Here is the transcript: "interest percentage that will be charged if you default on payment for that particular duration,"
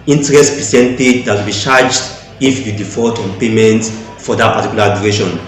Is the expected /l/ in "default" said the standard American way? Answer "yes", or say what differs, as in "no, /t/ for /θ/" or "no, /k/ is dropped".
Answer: no, /l/ is dropped